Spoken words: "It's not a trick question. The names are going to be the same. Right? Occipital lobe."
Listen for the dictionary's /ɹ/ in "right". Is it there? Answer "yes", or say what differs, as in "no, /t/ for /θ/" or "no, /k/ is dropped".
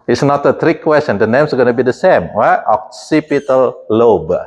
no, /w/ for /ɹ/